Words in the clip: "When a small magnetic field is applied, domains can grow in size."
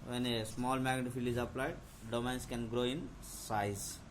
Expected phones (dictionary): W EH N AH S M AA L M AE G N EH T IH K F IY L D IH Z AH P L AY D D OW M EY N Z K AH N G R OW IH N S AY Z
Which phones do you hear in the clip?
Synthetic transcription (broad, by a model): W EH N AH S M AA L M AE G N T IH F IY L IH Z AH P L AY D D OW M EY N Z K AH N G R OW IH N S AY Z